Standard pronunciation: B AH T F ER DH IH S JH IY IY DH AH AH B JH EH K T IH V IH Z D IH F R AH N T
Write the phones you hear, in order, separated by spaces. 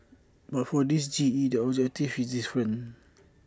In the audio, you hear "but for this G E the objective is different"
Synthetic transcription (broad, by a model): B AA T F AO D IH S JH IY IY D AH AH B JH EH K T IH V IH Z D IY F R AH N